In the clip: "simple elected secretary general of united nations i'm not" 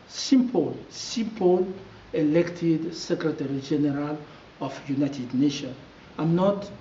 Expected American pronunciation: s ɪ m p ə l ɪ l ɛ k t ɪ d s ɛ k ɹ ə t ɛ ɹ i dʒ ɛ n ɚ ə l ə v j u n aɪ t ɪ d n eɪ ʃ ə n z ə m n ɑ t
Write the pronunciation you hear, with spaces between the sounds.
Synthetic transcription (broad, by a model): s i m p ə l ɪ l ɛ k t ɪ d s ɛ k ɹ ə t ɛ ɹ i dʒ ɛ n ɚ ə l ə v j u n aɪ t ɪ d n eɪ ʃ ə n ə m n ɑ t